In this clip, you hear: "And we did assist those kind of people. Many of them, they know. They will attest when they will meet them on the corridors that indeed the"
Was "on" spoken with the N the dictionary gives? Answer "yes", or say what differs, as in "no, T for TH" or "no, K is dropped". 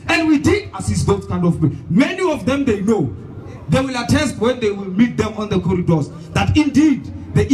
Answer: yes